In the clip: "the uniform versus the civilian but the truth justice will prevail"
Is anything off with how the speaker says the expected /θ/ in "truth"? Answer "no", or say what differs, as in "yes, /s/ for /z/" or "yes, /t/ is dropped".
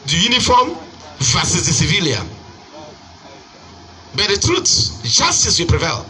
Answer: yes, /s/ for /θ/